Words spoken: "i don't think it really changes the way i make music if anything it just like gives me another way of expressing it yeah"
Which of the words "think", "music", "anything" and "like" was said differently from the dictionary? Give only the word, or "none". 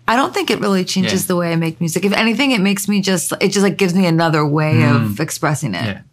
none